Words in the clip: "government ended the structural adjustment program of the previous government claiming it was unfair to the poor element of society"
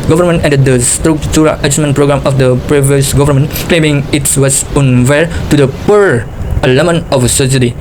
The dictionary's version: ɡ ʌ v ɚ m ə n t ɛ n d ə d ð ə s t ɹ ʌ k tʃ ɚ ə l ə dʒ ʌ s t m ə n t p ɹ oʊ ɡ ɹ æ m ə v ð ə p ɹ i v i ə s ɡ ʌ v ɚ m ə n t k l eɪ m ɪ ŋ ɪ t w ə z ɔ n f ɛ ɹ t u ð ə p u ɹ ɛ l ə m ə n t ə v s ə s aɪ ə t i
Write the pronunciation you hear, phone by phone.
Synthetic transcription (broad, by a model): ɡ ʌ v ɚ m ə n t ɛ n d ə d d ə s t ɹ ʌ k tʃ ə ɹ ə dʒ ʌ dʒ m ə n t p ɹ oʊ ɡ ɹ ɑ m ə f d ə p ɹ i v i ə s ɡ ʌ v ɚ m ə n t k l eɪ m ɪ ŋ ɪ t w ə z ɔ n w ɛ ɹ t u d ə p u ɹ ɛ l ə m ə n ə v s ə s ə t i